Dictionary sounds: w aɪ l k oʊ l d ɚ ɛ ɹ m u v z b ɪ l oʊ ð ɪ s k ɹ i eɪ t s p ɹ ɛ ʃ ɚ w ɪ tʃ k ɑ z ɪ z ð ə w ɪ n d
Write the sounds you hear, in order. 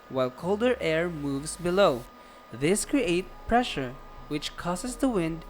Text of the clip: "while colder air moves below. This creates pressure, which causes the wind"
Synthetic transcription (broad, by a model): w aɪ l k oʊ l d ɚ ɛ ɹ m u v z b ɪ l oʊ ð ɪ s k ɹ i eɪ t p ɹ ɛ ʃ ɚ w ɪ tʃ k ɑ s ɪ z ð ə w ɪ n d